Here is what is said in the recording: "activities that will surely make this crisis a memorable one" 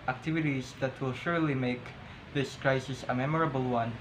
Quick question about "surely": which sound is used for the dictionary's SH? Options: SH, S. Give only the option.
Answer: SH